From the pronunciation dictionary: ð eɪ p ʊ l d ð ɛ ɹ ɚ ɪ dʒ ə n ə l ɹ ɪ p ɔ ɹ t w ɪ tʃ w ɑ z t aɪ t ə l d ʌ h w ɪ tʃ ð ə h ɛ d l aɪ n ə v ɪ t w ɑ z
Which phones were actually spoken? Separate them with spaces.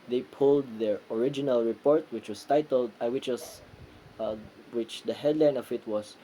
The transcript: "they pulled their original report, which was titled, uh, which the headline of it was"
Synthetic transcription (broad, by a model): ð eɪ p ʊ l d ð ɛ ɹ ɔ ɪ dʒ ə n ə l ɹ ɪ p ɔ ɹ t w ɪ tʃ w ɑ s t aɪ t ə l d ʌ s w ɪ tʃ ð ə h ɛ d l aɪ n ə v ɪ t w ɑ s